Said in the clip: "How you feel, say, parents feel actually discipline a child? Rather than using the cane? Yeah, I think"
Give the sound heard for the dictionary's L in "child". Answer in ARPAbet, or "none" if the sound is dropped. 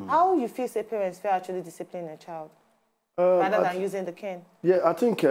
L